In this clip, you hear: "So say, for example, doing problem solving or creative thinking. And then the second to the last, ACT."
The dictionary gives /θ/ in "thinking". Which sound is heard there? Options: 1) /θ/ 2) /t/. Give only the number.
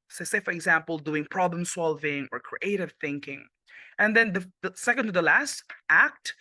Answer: 1